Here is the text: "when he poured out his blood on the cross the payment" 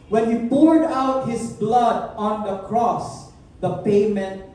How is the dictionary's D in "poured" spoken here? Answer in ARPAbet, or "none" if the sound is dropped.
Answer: D